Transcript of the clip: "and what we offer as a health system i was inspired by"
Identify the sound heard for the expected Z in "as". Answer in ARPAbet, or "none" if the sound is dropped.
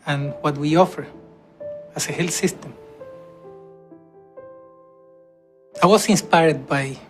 S